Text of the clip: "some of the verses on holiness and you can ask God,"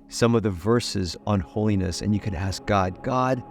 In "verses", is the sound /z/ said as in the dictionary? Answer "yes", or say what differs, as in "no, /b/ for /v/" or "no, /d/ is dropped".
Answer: yes